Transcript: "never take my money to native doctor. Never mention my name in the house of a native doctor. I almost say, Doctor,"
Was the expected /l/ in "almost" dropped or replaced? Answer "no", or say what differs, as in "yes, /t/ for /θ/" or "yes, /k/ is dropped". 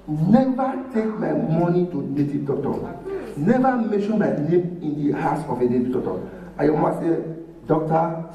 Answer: yes, /l/ is dropped